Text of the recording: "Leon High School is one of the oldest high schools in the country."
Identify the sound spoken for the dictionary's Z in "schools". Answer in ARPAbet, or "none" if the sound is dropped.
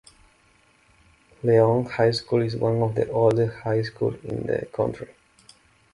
none